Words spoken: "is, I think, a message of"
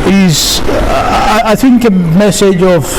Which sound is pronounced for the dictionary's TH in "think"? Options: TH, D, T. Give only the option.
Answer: TH